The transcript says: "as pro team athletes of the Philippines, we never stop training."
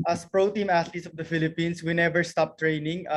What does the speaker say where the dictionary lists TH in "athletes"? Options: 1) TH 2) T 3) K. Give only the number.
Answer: 2